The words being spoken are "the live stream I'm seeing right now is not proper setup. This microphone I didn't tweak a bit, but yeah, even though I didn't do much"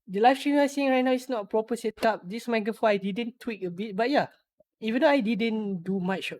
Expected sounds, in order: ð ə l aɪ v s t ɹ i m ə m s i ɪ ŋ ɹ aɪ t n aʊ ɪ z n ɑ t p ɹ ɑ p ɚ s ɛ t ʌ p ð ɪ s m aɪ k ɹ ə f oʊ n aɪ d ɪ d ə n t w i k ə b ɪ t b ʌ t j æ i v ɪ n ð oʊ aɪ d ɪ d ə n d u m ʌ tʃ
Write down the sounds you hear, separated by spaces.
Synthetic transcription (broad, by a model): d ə l aɪ f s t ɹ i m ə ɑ s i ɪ ŋ ɹ aɪ t n aʊ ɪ s n ɑ t p ɹ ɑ p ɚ s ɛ t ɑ p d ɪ s m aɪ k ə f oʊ aɪ d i d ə n t w i k ə b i t b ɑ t j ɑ i v ɪ n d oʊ aɪ d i d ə n d u m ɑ tʃ